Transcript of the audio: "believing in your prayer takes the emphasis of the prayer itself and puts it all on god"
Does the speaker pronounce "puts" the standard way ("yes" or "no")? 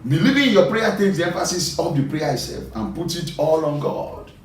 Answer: no